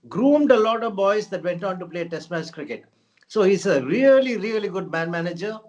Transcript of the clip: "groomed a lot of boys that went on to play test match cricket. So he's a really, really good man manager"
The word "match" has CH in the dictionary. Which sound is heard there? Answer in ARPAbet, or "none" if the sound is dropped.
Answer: S